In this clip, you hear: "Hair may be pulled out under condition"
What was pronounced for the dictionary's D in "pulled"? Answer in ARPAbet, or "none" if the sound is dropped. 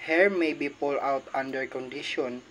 none